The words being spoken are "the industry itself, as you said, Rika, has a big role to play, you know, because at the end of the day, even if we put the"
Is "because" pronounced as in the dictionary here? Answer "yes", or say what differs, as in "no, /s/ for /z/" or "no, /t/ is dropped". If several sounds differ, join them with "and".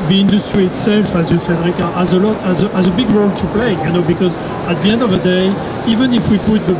yes